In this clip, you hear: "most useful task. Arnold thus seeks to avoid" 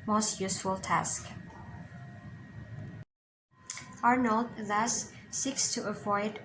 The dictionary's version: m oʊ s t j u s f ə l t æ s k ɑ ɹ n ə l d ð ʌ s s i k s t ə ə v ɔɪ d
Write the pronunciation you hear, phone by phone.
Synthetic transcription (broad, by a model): m oʊ s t j u s f ə l t æ s k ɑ ɹ n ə l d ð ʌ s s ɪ k s t ə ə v ɔɪ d